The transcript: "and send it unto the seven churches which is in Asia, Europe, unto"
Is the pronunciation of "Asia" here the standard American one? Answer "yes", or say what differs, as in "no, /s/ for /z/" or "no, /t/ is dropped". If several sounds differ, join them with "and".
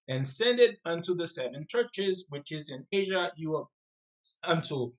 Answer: yes